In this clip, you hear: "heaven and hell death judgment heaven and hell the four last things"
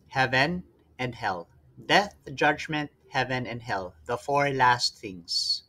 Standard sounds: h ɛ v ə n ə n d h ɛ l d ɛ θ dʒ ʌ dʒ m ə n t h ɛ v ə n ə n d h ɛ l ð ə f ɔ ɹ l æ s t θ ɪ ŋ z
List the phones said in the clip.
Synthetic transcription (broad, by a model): h ɛ v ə n ə n d h ɛ l d ɛ θ dʒ ʌ dʒ m ə n t h ɛ v ə n ə n d h ɛ l ð ə f ɔ ɹ l æ s t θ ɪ ŋ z